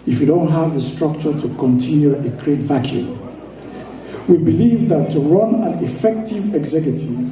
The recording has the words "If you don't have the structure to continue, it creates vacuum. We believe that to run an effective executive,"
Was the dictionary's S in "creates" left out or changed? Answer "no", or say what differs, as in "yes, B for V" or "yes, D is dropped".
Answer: yes, S is dropped